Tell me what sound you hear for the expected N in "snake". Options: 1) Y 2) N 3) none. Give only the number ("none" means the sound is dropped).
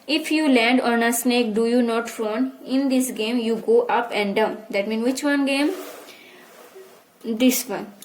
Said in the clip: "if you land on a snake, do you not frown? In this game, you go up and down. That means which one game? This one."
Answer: 2